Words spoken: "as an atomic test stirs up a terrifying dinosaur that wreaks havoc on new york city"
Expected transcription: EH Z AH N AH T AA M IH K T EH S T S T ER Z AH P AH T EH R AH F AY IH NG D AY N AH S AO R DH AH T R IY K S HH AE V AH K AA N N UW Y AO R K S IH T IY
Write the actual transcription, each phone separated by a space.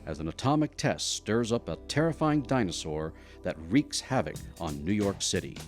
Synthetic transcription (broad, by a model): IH Z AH N AH T AA M IH K T EH S T S T ER Z AH P AH T EH R AH F AY IH NG D AY N AH S AO R DH AH T R IY K S HH AE V AH K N N UW Y AO R K S IH T IY